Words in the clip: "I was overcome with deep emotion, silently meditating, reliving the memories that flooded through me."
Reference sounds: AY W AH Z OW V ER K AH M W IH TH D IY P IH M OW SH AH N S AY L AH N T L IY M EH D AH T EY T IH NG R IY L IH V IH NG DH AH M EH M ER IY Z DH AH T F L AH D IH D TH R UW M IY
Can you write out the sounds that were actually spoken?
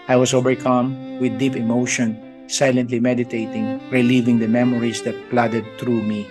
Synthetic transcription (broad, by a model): AY W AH S OW V ER K AH M W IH D IY P IH M OW SH AH N S AY L AH N T L IY M EH D AH T EY T IH NG R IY L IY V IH NG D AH M EH M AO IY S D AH T P L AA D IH D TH R UW M IY